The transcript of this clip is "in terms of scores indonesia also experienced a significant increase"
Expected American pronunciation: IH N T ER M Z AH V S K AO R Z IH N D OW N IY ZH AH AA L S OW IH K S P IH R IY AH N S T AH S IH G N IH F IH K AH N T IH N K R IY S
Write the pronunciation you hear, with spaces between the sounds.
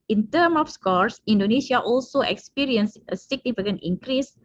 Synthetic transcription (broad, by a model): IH N T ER M AH F S K AO R S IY N D OW N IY SH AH AA L S OW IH K S P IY R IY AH N S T AH S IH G N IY F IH K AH N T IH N K R IY S